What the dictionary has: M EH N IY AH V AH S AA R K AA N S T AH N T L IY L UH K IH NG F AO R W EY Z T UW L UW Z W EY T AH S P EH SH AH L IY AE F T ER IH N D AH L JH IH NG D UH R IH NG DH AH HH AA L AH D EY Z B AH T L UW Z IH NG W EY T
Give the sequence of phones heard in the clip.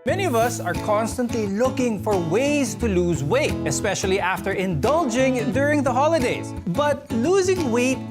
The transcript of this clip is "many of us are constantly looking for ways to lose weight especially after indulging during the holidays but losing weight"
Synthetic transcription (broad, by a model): M EH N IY AH V AH S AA R K AA N S T AH N T L IY L UH K IH NG F AO R W EY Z T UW L UW Z W EY T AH S P EH SH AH L IY AE F T ER IH N D AH L JH IH NG D UH R IH NG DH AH HH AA L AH D EY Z B AH T L UW Z IH NG W EY T